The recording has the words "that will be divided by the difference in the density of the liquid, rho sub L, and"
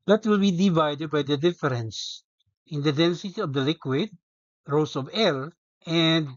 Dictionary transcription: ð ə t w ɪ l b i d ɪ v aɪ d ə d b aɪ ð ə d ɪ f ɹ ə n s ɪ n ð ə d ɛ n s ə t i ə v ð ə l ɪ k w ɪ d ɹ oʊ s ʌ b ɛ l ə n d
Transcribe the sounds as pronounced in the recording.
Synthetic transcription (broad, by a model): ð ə t w ɪ l b i d ɪ v aɪ d ə d b aɪ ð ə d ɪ f ɹ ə n s ɪ n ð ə d ɛ n s ə t i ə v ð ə l ɪ k w ɪ d ɹ oʊ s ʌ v ɛ l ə n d